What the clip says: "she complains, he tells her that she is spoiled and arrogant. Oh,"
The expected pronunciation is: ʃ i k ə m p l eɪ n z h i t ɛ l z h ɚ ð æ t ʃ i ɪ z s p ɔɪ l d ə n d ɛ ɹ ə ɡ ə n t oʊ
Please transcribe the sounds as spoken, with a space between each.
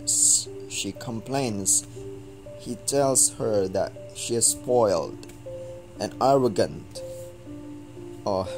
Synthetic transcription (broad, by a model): ʃ i k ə m p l eɪ n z h i t ɛ l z h ɚ ð æ t ʃ i ɪ z s p ɔɪ l d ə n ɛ ɹ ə ɡ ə n t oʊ